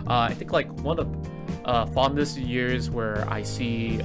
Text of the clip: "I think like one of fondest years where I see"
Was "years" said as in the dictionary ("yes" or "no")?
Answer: yes